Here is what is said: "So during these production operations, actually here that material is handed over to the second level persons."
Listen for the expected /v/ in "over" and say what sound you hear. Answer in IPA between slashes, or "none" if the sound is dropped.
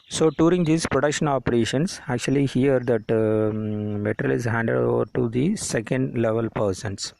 /v/